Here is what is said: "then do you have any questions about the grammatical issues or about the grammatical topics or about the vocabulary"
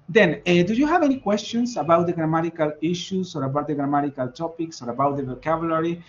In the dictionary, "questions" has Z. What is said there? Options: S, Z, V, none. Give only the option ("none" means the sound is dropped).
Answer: S